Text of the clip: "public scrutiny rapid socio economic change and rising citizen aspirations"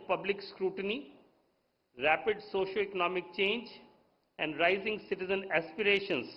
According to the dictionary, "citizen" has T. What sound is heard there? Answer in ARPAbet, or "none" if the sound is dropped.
T